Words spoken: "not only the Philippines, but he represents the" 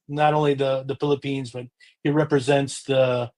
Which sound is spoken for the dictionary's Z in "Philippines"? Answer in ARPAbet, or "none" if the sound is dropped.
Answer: Z